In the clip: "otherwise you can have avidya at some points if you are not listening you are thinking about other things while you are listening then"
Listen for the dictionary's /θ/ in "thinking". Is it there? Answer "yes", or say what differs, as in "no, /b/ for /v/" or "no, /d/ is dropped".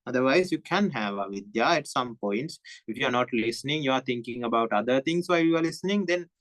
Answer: no, /t/ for /θ/